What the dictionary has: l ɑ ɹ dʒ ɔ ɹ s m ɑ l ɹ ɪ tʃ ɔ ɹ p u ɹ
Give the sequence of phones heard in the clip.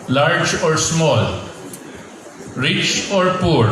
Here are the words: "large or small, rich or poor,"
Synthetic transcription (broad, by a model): l ɑ ɹ dʒ ɔ ɹ s m ɑ l ɹ ɪ tʃ ɔ ɹ p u ɹ